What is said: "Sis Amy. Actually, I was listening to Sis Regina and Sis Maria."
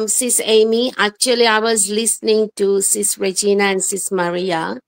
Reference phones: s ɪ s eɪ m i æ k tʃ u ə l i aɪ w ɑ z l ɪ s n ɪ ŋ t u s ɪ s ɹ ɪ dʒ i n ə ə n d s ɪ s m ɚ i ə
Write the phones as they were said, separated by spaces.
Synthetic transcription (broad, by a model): s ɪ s eɪ m i æ k tʃ u ə l i aɪ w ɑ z l ɪ s n ɪ ŋ t u s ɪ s ɹ ɪ dʒ i n ə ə n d s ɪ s m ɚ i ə